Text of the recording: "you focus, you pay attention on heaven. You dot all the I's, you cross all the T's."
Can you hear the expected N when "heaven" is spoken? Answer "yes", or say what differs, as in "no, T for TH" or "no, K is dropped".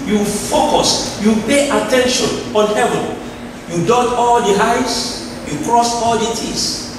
yes